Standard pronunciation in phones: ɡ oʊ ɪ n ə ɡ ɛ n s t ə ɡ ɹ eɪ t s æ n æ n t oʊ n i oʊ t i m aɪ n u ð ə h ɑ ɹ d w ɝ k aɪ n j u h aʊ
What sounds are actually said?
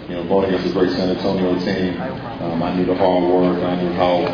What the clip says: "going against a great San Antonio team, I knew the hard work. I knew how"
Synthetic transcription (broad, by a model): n oʊ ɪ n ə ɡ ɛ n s ə ɡ ɹ eɪ t s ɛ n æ t oʊ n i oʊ t i m aɪ n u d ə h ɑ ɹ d w ɝ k aɪ n j u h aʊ